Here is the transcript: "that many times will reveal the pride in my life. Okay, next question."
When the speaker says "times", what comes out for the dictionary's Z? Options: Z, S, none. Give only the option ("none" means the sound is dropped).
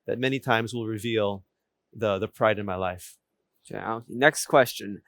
Z